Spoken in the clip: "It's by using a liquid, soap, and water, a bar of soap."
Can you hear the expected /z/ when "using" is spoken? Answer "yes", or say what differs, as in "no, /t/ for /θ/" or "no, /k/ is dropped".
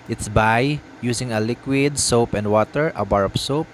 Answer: no, /s/ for /z/